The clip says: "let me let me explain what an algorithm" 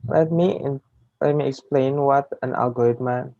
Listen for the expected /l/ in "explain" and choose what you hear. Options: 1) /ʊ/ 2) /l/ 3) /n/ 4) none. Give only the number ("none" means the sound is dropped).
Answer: 2